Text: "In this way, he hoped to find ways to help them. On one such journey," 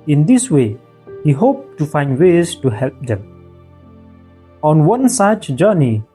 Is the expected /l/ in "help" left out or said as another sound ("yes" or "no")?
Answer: no